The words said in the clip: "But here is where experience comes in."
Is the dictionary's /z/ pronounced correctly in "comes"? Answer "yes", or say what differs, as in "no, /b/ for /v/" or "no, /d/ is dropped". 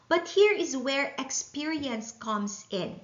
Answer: no, /s/ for /z/